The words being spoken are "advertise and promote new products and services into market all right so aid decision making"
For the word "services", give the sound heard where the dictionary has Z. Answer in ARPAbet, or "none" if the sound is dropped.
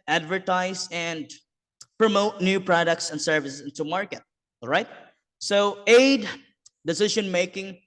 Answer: S